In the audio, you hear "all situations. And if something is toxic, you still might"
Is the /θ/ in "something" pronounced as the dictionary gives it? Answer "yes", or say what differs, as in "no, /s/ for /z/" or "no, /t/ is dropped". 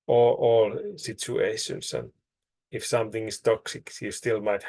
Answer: yes